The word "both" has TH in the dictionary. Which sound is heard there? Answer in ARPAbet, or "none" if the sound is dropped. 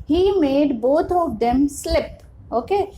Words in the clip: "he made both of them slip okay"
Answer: T